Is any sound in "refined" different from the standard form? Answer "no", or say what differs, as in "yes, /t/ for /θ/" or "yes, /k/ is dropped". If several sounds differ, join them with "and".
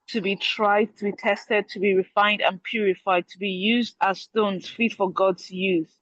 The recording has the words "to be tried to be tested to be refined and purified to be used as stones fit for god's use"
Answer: no